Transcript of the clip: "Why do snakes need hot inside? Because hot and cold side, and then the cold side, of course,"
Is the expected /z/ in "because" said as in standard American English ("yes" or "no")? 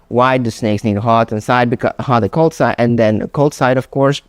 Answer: no